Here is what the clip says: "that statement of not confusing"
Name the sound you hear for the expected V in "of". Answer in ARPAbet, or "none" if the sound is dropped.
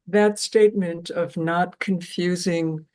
V